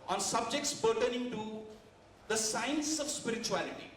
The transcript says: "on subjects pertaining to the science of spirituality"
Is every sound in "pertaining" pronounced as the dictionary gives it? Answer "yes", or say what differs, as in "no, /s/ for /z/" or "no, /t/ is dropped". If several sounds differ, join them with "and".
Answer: no, /b/ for /p/